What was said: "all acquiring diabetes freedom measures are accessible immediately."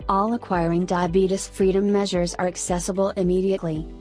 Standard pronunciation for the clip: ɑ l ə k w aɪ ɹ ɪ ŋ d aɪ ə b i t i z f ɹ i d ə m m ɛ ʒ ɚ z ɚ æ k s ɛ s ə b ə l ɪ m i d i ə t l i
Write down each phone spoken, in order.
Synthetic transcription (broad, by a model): ɑ l ə k w aɪ ɹ ɪ ŋ d aɪ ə b i t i s f ɹ i d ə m m ɛ ʒ ɚ z ɚ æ k s ɛ s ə b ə l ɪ m i d i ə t l i